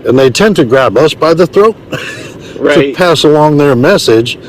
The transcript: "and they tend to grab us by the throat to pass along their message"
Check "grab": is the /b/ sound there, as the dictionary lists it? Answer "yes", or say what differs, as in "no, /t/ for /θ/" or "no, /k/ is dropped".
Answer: yes